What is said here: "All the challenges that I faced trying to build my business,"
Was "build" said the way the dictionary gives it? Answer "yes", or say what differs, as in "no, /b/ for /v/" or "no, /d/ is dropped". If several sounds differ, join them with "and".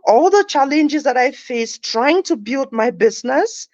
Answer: yes